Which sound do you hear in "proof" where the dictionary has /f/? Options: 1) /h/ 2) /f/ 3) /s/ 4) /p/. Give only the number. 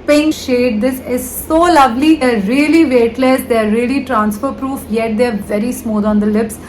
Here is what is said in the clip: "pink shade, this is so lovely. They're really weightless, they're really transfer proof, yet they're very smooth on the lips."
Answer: 2